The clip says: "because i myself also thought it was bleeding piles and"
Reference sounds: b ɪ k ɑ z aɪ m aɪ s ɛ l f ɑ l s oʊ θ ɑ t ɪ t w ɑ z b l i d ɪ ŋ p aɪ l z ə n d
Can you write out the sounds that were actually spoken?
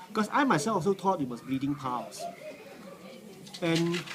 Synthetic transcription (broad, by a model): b k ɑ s aɪ m aɪ s ɛ l f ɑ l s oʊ t ɑ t ɪ t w ɑ s b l i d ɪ ŋ p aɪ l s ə n